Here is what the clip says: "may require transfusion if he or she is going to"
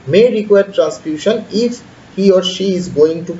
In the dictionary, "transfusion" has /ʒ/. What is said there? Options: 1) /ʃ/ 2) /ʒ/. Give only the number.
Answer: 1